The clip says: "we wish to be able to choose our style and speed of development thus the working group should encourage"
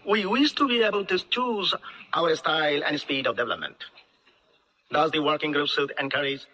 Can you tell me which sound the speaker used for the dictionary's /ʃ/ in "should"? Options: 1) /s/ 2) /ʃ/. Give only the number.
1